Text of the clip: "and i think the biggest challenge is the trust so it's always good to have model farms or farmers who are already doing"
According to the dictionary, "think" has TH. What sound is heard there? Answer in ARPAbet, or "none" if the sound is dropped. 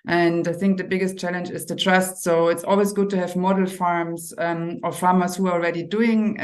TH